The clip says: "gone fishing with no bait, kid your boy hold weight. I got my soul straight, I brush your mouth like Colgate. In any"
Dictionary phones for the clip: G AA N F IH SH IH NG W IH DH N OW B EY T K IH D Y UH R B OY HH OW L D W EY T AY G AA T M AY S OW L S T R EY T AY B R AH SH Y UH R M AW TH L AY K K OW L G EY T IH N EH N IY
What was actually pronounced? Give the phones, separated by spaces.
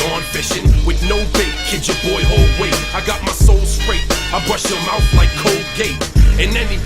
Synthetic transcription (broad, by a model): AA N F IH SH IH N W IH DH N OW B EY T K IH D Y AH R B OY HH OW L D W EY AY G AA T M AY S OW L S T R EY T AY B R AH SH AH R M AW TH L AY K K OW L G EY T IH N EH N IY